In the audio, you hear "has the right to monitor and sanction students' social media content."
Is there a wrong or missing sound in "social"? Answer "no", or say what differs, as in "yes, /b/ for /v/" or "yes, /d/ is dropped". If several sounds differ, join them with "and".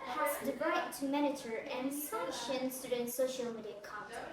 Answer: no